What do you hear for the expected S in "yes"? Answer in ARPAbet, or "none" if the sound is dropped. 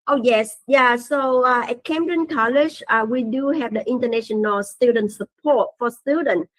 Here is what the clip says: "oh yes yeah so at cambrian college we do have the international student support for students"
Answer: S